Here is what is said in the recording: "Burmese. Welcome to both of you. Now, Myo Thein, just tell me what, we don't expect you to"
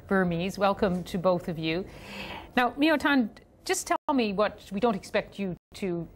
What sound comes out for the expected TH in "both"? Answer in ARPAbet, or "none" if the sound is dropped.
TH